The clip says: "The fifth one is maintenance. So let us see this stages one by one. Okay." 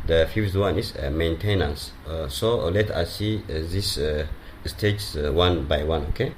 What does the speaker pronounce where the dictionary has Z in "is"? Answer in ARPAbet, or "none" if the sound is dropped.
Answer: S